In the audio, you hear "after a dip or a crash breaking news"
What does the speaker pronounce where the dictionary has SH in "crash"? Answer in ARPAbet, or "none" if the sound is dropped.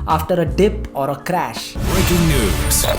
SH